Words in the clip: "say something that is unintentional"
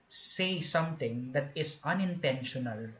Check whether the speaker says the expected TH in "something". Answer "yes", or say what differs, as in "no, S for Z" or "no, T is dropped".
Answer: no, T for TH